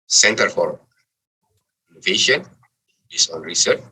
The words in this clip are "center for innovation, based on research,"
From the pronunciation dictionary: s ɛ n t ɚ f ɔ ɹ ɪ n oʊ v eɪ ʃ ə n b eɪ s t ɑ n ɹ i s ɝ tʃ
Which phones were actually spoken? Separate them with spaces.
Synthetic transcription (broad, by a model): s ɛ n t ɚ f ɔ ɹ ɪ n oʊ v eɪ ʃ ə n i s ɑ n ɹ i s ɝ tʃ